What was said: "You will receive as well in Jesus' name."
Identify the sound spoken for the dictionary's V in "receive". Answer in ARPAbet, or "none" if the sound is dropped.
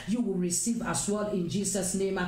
V